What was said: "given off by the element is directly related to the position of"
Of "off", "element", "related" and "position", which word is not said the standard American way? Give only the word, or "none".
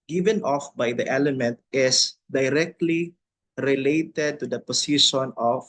position